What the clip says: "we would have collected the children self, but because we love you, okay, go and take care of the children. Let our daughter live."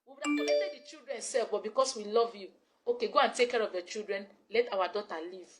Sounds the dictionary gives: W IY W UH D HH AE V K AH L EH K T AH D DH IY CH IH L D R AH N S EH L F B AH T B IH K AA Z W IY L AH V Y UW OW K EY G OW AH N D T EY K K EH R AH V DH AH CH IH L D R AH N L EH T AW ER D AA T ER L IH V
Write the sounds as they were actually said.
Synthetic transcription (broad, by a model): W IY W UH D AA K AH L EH T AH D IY CH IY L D R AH N S EH L F B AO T B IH K AA S W IY L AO V Y UW OW K EY G OW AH N T EY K K EH R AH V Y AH CH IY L D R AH N L EH T AW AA D AA T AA L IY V